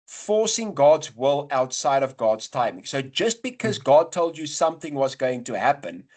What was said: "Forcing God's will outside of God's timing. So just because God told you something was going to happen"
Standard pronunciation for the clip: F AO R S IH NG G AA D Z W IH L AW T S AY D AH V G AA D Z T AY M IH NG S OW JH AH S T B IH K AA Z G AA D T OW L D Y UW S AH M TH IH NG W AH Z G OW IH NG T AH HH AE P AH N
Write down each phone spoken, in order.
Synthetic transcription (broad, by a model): F AO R S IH NG G AA D Z W IH L AW T S AY D AH V G AA D Z T AY M IH NG S OW JH AH S T B IH K AA Z G AA D T OW L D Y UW S AH M TH IH NG W AH Z G OW IH NG T AH HH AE P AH N